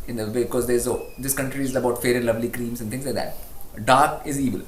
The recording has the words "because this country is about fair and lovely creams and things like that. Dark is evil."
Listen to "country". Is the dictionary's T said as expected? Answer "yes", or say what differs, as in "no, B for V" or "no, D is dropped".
yes